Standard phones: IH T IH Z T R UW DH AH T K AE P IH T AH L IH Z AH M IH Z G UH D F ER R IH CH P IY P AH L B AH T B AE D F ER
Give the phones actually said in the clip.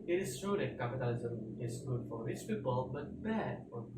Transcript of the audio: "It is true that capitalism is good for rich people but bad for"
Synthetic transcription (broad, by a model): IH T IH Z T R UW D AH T K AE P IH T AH L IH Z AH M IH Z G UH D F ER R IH S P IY B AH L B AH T B AE D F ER